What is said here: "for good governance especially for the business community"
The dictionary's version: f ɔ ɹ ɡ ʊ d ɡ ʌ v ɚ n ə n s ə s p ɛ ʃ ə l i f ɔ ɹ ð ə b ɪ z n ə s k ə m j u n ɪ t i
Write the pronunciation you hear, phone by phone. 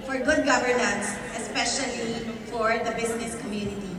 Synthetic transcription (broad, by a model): f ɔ ɹ ɡ ʊ d ɡ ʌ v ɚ n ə n s ə s p ɛ ʃ ə l i f ɔ ɹ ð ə b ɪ s n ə s k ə m j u n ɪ t i